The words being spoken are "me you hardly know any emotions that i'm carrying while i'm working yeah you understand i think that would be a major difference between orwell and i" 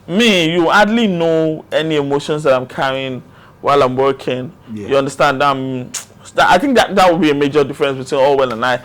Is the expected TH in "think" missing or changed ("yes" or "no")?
no